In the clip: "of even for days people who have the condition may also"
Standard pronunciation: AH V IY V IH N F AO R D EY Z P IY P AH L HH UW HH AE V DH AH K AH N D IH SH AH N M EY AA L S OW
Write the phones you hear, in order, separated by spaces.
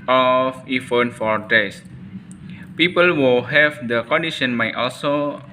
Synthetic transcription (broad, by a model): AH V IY F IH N F AO R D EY S P IY P AH L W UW HH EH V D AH K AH N D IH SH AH N M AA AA L S OW